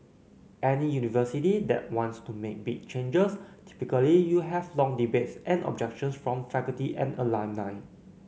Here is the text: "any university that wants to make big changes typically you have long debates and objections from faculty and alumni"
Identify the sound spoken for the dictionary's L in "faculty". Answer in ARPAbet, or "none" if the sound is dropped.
none